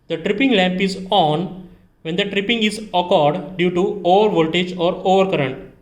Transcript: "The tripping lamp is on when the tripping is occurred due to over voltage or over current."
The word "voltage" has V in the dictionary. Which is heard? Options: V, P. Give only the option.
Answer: V